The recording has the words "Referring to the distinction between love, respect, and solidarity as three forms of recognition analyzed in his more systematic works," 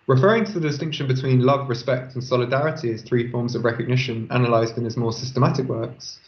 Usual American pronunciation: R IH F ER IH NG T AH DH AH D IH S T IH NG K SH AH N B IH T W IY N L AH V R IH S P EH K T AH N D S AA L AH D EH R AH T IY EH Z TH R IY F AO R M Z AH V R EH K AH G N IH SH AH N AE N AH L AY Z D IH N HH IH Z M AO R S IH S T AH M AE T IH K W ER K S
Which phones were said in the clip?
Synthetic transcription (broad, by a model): R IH F ER IH NG T AH DH AH D IH S T IH NG K SH AH N B IH T W IY N L AH V R IH S P EH K T AH N S AA L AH D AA R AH T IY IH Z TH R IY F AO M Z AH V R EH K AH G N IH SH AH N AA N AH L AY Z D IH N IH Z M AO S IH S T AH M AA T IH K W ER K S